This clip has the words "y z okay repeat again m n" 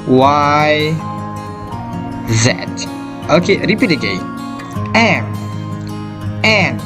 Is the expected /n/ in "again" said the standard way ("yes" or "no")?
no